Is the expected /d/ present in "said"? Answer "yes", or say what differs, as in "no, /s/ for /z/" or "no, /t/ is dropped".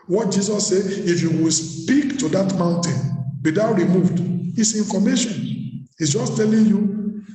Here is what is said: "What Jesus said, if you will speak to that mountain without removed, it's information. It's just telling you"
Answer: no, /d/ is dropped